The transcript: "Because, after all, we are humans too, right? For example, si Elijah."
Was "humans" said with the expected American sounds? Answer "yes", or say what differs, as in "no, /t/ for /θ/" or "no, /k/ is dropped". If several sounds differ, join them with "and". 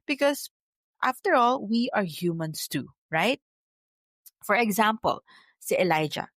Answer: no, /s/ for /z/